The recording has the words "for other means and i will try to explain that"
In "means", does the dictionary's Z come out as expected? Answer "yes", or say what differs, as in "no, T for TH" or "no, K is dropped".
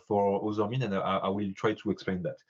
no, Z is dropped